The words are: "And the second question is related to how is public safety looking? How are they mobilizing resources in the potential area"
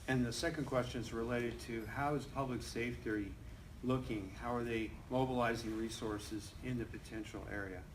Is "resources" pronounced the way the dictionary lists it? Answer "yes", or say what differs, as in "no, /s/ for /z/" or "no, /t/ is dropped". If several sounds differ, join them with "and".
yes